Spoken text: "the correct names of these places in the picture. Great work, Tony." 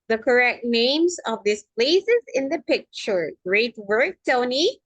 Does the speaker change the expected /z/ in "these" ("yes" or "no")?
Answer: yes